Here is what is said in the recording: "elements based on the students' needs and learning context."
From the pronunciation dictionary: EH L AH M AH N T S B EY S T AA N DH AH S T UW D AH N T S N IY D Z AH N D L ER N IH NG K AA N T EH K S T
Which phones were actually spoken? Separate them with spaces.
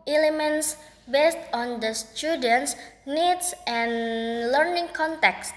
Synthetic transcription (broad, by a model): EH L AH M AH N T S B EY S T AA N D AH S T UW D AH N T S N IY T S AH N L ER N IH NG K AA N T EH K S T